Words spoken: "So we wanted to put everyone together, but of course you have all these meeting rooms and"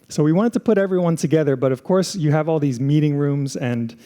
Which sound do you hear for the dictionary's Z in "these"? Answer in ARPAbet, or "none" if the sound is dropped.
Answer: Z